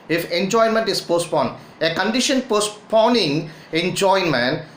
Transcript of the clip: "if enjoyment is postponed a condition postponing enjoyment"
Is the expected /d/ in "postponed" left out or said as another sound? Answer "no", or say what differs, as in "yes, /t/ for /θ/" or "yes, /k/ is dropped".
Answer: yes, /d/ is dropped